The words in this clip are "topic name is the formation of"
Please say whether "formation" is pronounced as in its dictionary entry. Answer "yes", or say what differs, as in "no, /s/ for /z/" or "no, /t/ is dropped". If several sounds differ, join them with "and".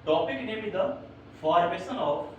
no, /s/ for /ʃ/